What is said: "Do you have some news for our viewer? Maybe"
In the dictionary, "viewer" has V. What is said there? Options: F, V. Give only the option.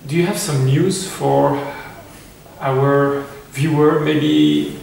V